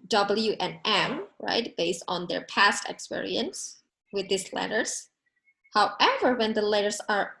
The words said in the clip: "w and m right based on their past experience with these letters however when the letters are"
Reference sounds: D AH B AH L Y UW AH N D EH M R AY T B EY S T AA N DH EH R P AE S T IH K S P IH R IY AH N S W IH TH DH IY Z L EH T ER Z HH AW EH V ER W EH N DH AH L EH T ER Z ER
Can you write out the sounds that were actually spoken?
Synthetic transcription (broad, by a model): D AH B L Y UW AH N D EH M R AY T B EY S T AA N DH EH R P AE S T IH K S P IH R IY AH N S W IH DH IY S L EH T ER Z HH AW EH V ER W EH N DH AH L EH T ER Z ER